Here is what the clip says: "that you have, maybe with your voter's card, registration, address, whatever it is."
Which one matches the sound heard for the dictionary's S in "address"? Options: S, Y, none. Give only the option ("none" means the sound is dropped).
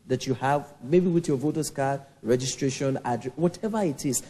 none